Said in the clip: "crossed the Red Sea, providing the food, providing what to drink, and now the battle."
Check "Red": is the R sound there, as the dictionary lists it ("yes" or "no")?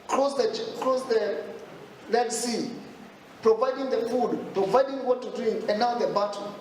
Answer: no